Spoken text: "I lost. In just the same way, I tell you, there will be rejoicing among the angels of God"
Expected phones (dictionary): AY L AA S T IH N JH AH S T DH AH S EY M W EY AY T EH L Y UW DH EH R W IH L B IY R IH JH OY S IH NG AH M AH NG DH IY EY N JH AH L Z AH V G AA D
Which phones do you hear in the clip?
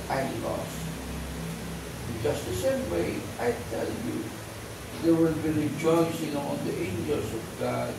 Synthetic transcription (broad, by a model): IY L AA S IH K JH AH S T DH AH S EY M W EY AY T EH L Y UW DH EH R W IH L B IY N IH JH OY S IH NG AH AH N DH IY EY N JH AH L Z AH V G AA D